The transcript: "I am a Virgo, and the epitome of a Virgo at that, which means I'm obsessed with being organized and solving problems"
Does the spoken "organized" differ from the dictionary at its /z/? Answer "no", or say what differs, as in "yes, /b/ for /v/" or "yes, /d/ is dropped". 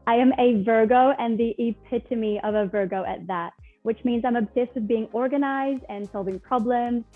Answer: no